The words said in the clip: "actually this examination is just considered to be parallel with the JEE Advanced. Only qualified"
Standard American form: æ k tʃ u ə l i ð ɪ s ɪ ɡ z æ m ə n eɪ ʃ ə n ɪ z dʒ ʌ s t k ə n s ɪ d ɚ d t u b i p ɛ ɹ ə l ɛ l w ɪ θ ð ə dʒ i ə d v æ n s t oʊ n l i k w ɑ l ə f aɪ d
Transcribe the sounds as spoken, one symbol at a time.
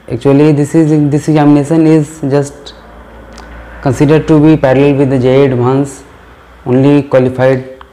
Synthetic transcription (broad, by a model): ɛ k tʃ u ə l i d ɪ s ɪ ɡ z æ m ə n eɪ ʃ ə n ɪ z dʒ ʌ s t k ə n s ɪ d ɚ d t u b i p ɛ ɹ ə l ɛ l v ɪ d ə dʒ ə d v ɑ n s oʊ n l i k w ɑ l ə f aɪ d